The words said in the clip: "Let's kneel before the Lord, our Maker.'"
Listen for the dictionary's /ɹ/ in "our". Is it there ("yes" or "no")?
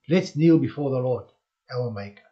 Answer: no